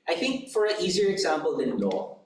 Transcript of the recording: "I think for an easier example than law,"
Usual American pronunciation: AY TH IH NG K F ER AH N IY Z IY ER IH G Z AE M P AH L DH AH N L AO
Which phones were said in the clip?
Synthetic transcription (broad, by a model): AY TH IH NG K F ER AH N IY Z IY ER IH G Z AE M P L DH AH N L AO